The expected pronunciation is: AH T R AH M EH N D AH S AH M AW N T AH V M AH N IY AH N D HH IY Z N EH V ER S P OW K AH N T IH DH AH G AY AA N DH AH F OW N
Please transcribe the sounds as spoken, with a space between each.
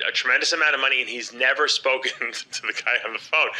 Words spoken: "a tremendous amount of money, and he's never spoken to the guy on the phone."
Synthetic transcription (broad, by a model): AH T R AH M EH N D AH S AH M AW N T AH V M AH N IY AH N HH IY Z N EH V ER S P OW K AH N T IH DH AH G AY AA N DH AH F OW N